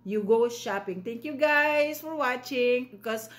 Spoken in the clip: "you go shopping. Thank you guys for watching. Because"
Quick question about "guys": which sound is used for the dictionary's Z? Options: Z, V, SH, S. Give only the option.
S